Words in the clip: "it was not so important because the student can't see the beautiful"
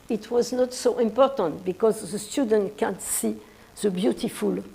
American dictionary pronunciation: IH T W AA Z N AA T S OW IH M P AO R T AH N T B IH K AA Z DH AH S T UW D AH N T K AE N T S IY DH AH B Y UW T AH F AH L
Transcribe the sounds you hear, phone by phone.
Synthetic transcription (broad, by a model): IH T W AA Z N AA T S OW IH M P AO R T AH N T B IH K AA Z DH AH S T UW D AH N T K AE N T S IY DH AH B Y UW T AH F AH L